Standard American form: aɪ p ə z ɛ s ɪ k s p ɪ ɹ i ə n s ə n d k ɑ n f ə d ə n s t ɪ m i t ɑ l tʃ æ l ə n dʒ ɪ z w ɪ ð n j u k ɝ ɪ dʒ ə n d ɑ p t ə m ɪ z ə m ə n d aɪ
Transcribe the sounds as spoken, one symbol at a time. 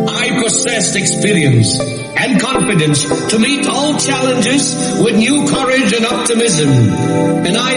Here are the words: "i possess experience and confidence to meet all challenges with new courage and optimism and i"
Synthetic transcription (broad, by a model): aɪ p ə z ɛ s ɪ k s p ɪ ɹ i ə n s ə n k ɑ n f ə d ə n s t ɪ m i t ɑ l tʃ æ l ə n dʒ ɪ z w ɪ ð n j u k ɝ ɪ dʒ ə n ɑ p t ə m ɪ z ə m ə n aɪ